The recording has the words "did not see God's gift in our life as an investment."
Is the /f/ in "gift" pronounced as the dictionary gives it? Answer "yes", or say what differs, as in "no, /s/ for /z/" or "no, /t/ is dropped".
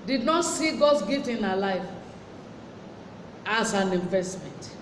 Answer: no, /f/ is dropped